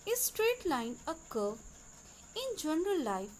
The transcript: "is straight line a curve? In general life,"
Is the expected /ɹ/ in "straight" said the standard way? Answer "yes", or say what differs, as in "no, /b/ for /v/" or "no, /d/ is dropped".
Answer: yes